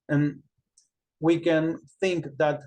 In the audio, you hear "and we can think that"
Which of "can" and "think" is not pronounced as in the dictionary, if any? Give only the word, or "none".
none